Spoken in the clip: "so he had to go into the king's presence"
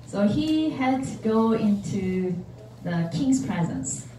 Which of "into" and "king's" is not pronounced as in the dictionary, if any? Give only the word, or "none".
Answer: king's